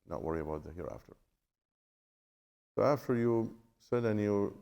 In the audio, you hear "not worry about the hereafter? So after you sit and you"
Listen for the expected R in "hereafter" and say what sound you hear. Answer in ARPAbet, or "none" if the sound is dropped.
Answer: R